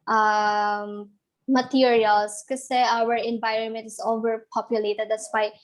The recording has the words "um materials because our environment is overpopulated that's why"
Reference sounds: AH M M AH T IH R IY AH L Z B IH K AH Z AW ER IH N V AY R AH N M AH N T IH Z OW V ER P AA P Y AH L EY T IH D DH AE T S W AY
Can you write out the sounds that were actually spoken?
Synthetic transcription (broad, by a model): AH M M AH T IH R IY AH L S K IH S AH AW ER IH N V AY R AH N M AH N T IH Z OW V ER P AA P Y AH L EY T IH D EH S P AY